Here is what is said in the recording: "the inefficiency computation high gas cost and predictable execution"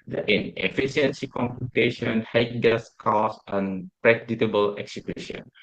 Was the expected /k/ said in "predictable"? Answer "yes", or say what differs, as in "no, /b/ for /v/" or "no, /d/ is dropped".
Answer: no, /k/ is dropped